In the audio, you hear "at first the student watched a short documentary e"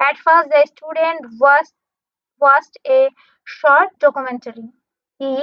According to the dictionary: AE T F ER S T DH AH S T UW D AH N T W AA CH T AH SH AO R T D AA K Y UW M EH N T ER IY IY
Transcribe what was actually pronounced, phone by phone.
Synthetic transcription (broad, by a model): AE T F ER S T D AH S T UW D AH N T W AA S T AH SH AO R T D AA K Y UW M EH N T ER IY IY